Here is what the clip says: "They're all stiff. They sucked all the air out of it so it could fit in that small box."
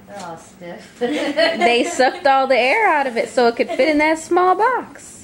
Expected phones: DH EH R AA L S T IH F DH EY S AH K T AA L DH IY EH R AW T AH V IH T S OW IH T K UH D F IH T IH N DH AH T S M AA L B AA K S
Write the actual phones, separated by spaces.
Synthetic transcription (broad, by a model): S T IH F DH EY S AH K T AA L DH IY EH R AW T AH V IH T S OW IH T K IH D F IH T IH N DH AH T S M AA L B AA K S